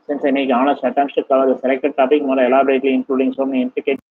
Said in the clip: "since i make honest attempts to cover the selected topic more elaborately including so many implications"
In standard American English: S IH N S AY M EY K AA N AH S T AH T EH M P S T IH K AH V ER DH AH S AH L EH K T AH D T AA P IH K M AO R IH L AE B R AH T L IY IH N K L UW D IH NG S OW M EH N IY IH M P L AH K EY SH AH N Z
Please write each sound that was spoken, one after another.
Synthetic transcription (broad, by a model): S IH N S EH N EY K AA N AH S T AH T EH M S T IH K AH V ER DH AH S AH L EH K T AH D T AA P IH K M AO L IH L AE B R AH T L IY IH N K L UW D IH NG S OW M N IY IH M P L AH K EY